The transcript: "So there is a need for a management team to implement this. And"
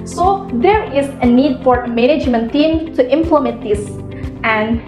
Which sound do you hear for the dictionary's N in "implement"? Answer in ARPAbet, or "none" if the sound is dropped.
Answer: none